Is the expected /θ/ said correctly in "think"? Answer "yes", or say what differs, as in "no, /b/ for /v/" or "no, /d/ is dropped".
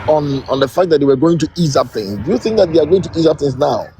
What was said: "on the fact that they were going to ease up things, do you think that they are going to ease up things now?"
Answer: yes